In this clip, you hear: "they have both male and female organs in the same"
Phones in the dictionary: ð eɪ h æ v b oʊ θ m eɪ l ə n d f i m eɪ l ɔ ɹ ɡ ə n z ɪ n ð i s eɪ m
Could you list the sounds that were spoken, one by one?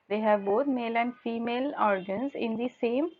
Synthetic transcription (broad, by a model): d eɪ h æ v b oʊ t m eɪ l ə n d f i m eɪ l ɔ ɹ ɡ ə n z ɪ n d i s eɪ m